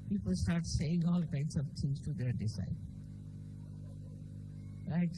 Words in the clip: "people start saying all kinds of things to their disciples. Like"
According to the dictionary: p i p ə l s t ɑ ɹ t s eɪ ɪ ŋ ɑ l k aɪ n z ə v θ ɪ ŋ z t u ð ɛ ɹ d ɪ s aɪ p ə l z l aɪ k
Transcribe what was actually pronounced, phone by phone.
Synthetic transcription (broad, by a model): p i p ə l s t ɑ ɹ t s eɪ ɪ ŋ ɑ l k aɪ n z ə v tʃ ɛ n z t u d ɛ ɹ d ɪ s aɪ ə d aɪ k